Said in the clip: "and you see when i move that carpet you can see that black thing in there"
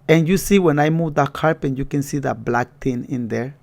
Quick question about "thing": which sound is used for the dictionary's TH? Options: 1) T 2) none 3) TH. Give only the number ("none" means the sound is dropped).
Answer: 1